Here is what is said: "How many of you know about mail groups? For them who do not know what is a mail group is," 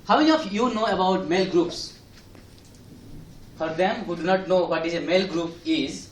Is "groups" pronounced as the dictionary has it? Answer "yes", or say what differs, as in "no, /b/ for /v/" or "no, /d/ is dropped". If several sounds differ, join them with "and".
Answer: yes